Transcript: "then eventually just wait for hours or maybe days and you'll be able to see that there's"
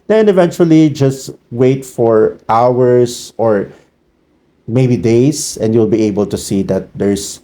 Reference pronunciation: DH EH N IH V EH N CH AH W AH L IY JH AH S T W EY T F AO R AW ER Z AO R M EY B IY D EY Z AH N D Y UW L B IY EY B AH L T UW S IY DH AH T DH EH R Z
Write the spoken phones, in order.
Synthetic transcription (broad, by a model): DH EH N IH V EH N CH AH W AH L IY JH AH S T W EY T F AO R AW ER S AO R M EY B IY D EY S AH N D Y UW L B IY EY B AH L T UW S IY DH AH T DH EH R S